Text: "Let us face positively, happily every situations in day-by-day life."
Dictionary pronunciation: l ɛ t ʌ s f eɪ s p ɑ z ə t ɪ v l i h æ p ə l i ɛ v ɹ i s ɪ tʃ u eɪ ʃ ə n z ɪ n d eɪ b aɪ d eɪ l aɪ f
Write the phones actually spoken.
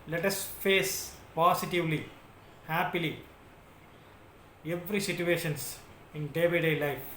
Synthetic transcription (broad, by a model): l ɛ t ʌ s f eɪ s p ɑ s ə t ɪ v l i h æ p ə l i ɛ v ɹ i s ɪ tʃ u eɪ ʃ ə n s ɪ n d eɪ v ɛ d eɪ l aɪ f